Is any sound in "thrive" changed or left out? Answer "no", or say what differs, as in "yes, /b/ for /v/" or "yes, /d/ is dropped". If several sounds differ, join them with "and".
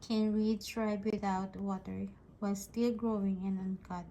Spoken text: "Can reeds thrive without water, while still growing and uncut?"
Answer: yes, /b/ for /v/